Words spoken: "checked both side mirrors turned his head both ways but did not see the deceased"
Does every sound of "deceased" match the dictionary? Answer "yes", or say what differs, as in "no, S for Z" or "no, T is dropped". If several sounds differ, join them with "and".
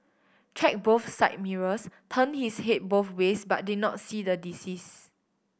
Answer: no, T is dropped